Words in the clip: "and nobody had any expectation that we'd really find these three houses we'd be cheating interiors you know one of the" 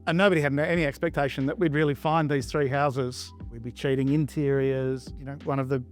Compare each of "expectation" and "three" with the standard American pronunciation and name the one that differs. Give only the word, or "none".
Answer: none